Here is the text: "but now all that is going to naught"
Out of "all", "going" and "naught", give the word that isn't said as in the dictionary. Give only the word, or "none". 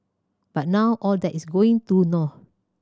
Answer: naught